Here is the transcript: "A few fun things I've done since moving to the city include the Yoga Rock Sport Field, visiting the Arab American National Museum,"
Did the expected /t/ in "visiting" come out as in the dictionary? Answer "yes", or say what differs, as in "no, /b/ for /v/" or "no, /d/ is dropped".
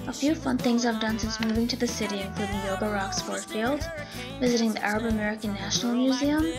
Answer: yes